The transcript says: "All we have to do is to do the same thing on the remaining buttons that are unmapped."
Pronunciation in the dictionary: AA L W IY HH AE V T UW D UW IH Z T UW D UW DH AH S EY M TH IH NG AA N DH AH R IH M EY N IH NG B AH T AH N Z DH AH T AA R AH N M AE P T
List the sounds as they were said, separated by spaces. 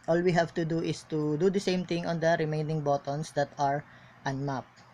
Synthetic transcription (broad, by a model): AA L W IY HH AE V T UW D UW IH S T UW D UW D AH S EY M T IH NG AA N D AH R IH M EY N IH NG B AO T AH N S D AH T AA R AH N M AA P